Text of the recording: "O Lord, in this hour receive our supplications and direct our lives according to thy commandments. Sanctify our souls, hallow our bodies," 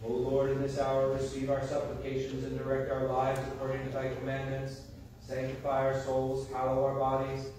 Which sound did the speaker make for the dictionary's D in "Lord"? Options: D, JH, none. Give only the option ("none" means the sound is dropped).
D